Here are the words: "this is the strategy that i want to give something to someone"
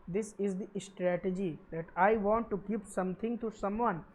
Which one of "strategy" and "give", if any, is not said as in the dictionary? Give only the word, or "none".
give